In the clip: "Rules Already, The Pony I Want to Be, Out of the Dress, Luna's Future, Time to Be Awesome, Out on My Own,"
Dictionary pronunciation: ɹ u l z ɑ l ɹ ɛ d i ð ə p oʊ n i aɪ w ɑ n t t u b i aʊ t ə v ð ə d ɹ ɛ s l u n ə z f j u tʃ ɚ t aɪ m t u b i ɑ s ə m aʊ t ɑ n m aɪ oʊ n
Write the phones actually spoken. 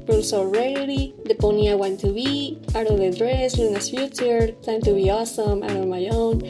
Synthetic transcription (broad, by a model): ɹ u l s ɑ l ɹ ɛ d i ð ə p oʊ n i aɪ w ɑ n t t u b i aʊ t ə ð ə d ɹ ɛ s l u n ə s f j u tʃ ɚ t aɪ m t u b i ɑ s ə m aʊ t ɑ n m aɪ oʊ n